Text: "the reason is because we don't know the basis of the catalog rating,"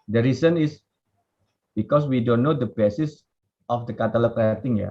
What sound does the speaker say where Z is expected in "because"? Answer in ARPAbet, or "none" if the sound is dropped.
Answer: S